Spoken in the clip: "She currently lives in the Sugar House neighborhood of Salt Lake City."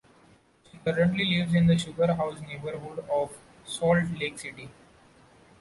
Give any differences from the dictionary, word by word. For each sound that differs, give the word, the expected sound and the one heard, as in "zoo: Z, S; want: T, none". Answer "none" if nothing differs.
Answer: none